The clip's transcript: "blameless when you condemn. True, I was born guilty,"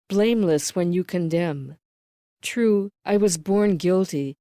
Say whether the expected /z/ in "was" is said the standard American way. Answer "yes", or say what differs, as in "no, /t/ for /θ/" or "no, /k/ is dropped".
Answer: yes